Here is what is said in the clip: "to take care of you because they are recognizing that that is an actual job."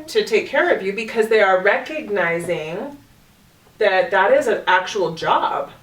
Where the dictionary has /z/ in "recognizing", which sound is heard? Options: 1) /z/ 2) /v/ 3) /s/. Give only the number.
1